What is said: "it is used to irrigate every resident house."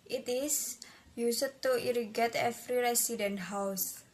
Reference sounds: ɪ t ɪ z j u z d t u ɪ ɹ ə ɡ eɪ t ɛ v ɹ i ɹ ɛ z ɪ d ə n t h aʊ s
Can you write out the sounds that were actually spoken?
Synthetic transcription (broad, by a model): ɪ t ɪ s j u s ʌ t u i ɹ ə ɡ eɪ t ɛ f ɹ i ɹ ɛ s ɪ d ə n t h aʊ s